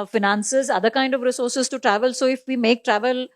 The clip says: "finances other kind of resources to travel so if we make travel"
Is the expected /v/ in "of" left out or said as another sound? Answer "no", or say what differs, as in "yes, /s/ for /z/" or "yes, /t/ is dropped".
no